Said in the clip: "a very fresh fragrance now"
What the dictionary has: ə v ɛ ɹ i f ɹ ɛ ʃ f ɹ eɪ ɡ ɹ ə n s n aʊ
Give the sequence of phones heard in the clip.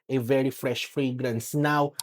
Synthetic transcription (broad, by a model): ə v ɛ ɹ i f ɹ ɛ ʃ f ɹ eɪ ɡ ɹ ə n s n aʊ